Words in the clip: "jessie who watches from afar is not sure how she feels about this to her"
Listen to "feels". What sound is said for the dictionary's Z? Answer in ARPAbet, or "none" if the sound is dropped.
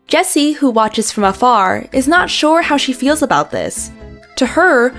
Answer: Z